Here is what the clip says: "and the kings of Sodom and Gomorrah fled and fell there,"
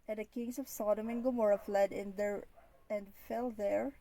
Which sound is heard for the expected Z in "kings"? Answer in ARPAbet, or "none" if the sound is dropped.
S